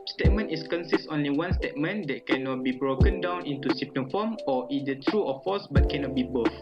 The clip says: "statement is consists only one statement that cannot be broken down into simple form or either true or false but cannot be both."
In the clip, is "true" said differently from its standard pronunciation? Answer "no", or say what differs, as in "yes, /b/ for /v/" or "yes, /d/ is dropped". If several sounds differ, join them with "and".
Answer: no